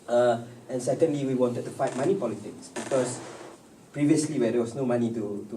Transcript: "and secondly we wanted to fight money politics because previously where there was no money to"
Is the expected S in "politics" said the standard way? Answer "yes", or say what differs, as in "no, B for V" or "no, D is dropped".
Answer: yes